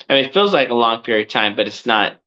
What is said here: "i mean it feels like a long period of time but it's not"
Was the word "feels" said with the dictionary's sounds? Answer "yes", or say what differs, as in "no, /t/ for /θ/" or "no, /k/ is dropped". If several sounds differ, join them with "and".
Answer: yes